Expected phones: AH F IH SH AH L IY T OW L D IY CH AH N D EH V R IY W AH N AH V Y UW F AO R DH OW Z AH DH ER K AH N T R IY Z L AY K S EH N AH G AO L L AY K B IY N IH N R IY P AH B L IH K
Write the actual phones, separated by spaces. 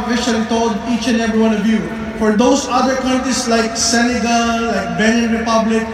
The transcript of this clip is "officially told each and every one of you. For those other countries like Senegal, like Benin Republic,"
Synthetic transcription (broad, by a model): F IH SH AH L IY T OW D IY CH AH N EH V R IY W AH N AH V Y UW F AO R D OW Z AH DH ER K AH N T R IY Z L AY K S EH N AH G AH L L AY K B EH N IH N R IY P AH B L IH K